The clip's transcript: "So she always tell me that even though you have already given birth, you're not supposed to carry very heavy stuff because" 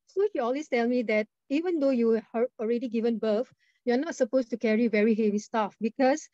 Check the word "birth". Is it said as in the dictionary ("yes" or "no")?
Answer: no